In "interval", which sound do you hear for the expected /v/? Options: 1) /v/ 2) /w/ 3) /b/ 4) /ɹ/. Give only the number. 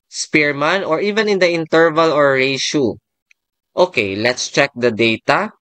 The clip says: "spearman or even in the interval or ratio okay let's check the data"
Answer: 1